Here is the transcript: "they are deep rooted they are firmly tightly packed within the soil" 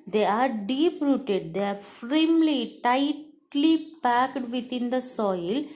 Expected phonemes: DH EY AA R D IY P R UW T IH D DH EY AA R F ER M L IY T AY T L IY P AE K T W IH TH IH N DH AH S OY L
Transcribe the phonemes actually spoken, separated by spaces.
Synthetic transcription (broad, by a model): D EY AA R D IY P R UW T IH D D EY AA R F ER M L IY T AY T L IY P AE K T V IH T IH N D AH S OY L